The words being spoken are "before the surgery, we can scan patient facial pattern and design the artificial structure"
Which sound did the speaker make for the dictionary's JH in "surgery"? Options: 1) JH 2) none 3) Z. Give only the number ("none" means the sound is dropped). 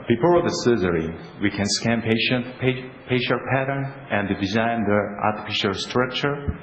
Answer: 3